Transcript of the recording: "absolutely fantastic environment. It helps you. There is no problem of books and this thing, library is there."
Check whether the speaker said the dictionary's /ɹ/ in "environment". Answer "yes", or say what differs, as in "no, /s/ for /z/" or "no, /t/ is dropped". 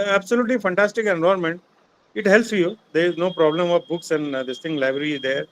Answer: no, /ɹ/ is dropped